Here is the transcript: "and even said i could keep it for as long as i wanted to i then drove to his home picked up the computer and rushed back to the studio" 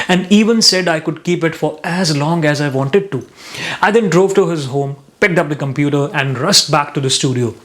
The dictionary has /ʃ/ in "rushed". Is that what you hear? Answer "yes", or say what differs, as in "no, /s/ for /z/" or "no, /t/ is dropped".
no, /s/ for /ʃ/